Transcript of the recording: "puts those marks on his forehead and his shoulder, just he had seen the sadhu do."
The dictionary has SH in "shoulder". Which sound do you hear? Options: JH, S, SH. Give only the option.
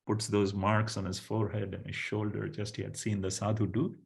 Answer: SH